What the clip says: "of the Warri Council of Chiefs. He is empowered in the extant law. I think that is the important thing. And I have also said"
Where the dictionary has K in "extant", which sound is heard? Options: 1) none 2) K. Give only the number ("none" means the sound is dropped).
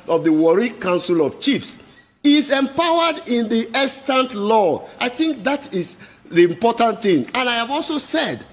1